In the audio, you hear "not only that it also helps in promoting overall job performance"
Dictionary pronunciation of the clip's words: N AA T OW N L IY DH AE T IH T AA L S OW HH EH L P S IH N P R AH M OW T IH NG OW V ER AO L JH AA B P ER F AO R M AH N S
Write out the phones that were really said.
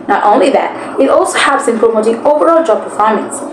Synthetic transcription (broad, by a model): N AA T OW N L IY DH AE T IH T AA L S OW HH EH P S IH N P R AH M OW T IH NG OW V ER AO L JH AA B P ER F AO R M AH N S